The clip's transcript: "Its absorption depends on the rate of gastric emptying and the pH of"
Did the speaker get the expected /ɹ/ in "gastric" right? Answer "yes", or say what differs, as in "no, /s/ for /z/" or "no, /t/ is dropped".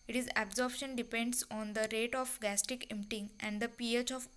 no, /ɹ/ is dropped